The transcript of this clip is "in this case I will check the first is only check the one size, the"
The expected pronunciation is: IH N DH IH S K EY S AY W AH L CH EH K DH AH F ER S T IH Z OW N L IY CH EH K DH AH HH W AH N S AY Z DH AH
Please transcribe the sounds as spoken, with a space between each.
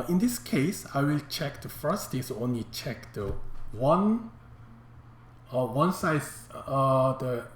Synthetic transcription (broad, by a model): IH N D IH S K EY S AY W AH L CH EH K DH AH F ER S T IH S OW N L IY CH EH K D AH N W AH N S AY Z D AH